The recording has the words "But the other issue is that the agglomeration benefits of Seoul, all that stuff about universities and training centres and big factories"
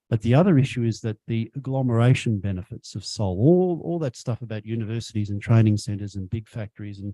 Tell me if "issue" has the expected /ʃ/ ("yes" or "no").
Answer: yes